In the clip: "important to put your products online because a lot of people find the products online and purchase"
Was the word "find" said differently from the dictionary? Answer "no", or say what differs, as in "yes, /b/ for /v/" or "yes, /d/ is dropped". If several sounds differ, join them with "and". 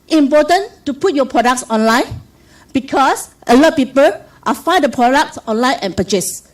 yes, /n/ is dropped